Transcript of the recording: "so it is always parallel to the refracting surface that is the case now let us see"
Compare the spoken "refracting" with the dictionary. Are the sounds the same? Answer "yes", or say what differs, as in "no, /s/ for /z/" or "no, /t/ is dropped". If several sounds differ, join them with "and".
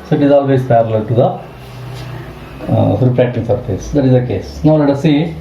no, /p/ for /f/